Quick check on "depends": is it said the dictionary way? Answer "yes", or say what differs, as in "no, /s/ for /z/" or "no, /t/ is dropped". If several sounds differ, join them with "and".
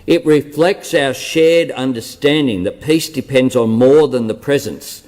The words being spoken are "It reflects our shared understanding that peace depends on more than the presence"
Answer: yes